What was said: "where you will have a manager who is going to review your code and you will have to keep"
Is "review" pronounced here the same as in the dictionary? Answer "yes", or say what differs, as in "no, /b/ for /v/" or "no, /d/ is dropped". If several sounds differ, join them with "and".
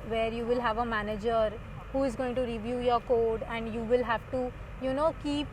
yes